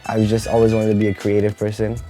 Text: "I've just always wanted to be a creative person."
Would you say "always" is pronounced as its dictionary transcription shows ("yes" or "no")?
yes